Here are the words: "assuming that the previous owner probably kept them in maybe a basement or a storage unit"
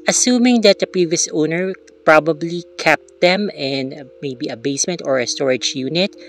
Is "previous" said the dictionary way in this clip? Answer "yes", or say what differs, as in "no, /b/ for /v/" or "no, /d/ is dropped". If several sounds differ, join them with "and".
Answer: yes